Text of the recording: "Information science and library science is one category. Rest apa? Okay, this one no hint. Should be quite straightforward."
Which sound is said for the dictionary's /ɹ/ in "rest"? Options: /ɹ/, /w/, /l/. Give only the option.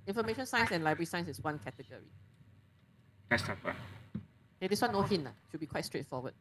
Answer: /l/